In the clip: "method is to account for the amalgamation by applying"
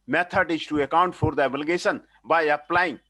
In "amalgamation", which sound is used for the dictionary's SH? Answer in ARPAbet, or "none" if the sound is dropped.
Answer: S